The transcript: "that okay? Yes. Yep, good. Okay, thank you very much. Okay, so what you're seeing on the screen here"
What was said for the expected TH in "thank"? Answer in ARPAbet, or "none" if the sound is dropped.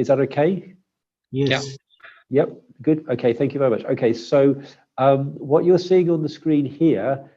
TH